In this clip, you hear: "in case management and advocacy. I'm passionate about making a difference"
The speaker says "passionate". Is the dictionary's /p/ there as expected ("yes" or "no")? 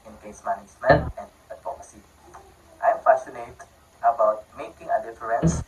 no